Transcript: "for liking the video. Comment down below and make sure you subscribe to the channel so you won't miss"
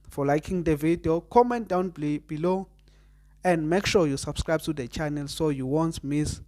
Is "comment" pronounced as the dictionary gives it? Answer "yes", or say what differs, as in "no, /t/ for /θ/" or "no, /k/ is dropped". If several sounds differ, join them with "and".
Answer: yes